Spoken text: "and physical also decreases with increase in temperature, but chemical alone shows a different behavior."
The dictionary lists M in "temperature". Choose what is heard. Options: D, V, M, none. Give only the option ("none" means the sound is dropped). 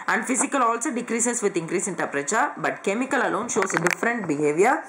none